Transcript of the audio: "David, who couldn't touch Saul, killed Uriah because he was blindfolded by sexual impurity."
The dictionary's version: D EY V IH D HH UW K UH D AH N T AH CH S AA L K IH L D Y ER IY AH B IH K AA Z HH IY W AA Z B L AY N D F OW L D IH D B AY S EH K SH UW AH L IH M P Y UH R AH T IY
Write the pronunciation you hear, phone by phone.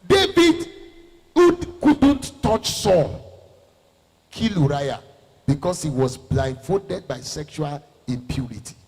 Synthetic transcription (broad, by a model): D EY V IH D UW K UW D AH N T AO CH S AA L K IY L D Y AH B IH K AA S HH IY W AA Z B L AY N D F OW D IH D B AY S EH K SH UW AH L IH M P Y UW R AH T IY